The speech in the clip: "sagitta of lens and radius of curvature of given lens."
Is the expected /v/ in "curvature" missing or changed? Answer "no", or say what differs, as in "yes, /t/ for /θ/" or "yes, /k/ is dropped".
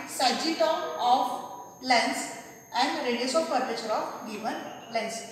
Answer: yes, /p/ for /v/